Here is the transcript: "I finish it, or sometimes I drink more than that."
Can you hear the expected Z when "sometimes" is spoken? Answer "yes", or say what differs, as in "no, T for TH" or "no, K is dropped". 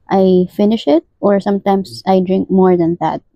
no, S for Z